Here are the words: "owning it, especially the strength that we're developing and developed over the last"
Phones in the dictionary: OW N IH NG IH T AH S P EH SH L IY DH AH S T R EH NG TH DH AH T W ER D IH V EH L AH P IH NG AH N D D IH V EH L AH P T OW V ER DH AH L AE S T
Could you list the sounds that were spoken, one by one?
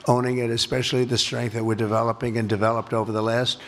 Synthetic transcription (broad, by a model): OW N IH NG IH T AH S P EH SH L IY DH AH S T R EH NG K DH AH T W ER D IH V EH L AH P IH NG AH N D D IH V EH L AH P T OW V ER DH AH L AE S T